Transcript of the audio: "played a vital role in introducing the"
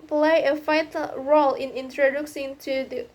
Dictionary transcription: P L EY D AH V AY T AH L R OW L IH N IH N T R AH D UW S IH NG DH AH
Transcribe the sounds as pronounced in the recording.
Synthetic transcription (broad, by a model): P L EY AH F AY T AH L R OW L IH N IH N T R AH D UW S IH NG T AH